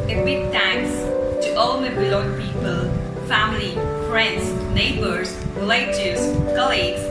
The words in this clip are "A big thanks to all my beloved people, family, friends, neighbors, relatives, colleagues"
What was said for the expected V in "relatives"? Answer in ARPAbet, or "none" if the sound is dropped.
none